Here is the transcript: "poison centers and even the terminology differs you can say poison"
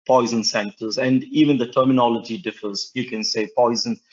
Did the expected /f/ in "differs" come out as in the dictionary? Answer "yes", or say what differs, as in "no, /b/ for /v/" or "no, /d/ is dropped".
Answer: yes